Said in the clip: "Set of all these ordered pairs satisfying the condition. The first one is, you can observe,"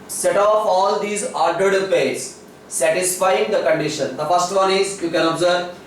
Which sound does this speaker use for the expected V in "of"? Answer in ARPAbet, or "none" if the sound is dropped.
P